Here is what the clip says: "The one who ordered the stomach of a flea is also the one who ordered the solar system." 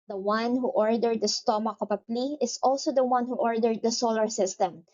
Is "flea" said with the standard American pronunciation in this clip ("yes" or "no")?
no